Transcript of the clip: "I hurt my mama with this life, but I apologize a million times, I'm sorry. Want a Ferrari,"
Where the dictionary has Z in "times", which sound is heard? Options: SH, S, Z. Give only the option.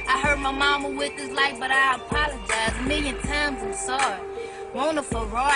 Z